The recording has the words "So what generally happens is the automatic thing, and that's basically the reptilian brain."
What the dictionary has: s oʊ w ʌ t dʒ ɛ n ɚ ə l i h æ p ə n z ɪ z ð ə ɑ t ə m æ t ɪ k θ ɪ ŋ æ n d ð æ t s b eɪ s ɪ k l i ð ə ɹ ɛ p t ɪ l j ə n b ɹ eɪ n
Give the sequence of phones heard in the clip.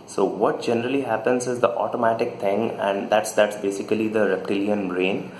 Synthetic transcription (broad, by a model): s oʊ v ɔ t dʒ ɛ n ɚ ə l i h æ p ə n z ɪ z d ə ɑ t ə m æ t ɪ k t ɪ ŋ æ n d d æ t s b eɪ s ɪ k l i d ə ɹ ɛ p t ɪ l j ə n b ɹ eɪ n